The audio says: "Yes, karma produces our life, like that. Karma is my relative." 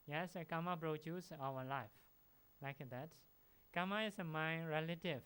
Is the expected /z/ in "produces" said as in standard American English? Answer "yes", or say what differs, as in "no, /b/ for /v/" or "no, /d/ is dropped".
no, /z/ is dropped